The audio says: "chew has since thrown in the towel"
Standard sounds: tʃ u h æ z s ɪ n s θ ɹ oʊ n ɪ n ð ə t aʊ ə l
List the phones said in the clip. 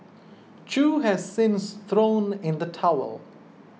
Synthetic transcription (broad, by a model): tʃ u h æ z s ɪ n s θ ɹ oʊ n ɪ n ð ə t aʊ ə l